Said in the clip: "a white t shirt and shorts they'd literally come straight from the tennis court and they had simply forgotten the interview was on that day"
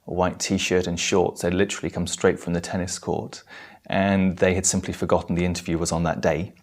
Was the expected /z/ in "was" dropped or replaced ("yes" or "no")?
no